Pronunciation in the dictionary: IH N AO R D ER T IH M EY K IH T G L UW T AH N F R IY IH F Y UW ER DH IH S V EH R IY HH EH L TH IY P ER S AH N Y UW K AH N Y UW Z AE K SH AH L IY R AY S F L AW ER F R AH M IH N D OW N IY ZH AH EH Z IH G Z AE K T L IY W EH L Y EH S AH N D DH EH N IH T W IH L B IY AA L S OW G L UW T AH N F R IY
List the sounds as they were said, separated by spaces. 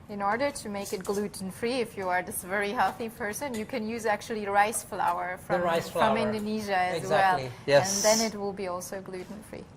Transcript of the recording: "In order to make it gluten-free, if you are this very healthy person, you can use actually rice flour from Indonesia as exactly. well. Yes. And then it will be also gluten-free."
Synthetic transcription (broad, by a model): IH N AO R D ER T IH M EY K IH T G L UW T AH N F R IY IH F Y UW ER DH IH S V EH R IY HH EH L TH IY P ER S AH N Y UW K AH N Y UW Z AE K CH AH L IY R AY S F L AW ER F R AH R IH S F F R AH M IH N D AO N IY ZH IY W EH L Y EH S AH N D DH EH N IH T W IH L B IY AA L S OW G L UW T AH N F R IY